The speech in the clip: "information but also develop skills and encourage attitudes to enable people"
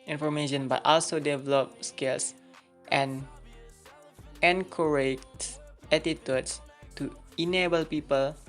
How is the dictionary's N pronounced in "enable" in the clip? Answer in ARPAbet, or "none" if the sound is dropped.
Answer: N